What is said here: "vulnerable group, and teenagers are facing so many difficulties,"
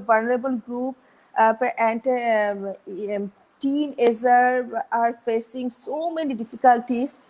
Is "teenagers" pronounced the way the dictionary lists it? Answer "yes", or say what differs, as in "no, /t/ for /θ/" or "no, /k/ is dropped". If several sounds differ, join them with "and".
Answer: no, /z/ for /dʒ/ and /z/ is dropped